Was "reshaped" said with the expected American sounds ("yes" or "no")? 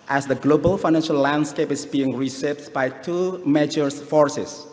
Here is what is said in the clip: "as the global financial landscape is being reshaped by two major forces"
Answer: no